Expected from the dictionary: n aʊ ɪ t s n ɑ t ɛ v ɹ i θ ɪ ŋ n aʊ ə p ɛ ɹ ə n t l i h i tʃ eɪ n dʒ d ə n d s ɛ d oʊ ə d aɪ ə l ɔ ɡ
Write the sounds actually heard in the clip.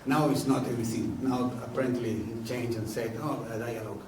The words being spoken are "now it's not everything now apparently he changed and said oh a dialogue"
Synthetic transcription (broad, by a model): n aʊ ɪ t s n ɑ t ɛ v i s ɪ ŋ n aʊ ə p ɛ ɹ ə n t l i i tʃ eɪ n dʒ ə n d s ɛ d oʊ ə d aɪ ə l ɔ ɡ